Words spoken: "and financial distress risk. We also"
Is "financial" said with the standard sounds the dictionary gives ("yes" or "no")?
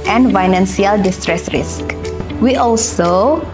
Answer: no